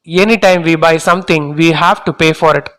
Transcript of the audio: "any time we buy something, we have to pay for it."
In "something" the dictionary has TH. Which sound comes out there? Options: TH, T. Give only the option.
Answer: T